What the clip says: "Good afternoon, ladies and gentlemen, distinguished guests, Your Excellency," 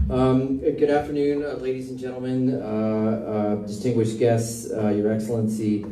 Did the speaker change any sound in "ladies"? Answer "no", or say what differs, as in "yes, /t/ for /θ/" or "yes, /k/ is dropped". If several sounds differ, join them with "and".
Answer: no